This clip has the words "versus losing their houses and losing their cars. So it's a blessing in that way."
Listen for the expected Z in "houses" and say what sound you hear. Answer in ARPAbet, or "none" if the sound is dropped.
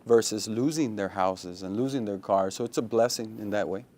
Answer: Z